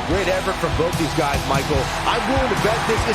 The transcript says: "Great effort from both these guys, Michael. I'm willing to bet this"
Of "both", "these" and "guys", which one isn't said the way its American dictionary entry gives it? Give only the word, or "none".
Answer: none